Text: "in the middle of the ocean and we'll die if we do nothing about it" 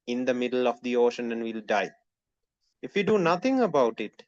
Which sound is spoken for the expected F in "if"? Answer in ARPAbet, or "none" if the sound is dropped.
F